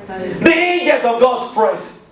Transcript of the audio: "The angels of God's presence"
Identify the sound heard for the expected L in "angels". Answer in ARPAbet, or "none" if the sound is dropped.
none